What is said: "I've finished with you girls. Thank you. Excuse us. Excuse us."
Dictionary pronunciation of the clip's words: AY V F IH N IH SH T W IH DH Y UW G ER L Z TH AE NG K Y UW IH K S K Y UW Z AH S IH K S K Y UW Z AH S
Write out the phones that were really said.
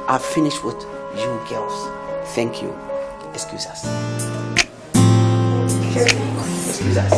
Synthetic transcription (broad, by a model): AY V F IH N IH SH T W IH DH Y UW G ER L S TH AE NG K Y UW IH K S K Y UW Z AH S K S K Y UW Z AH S